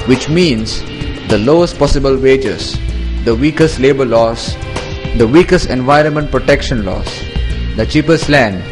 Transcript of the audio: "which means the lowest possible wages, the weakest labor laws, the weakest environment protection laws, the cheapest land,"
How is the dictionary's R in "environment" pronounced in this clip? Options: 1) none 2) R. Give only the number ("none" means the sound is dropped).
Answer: 2